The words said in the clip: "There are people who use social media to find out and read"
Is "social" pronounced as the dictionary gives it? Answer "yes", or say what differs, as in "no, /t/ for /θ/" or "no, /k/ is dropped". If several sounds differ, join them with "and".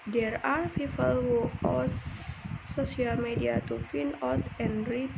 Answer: no, /ʃ/ is dropped